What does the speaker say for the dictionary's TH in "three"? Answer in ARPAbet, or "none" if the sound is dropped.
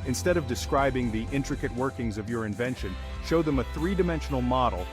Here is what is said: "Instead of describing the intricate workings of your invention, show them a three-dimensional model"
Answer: TH